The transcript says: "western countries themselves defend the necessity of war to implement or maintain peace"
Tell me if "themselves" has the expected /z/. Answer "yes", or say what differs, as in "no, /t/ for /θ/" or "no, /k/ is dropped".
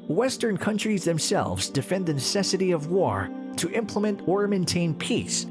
yes